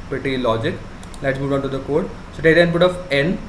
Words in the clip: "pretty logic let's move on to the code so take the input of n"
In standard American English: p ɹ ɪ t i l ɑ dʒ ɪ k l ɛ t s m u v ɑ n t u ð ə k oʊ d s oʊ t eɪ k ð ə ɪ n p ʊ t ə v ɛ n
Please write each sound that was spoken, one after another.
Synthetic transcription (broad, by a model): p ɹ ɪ t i l ɑ dʒ ɪ k l ɛ t s m u v ɑ n t u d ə k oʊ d s oʊ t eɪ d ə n b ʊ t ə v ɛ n